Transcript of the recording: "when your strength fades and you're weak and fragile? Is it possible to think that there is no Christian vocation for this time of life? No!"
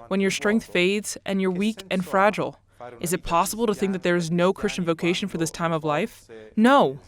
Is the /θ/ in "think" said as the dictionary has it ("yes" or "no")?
yes